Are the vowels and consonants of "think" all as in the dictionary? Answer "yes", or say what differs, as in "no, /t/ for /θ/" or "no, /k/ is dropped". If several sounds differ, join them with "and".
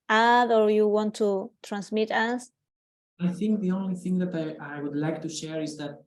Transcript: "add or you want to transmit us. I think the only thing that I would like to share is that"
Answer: yes